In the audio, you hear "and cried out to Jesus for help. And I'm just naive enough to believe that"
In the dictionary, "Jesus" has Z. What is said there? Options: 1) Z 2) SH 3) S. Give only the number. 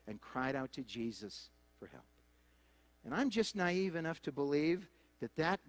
1